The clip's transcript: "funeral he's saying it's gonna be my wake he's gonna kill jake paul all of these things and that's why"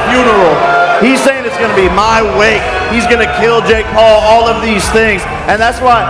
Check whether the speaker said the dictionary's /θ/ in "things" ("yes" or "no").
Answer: yes